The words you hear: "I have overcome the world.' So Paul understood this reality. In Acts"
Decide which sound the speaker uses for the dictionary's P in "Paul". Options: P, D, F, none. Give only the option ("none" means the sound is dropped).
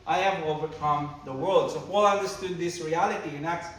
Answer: F